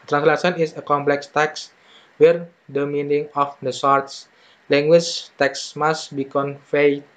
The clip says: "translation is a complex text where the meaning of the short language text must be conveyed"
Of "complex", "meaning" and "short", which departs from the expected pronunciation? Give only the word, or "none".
short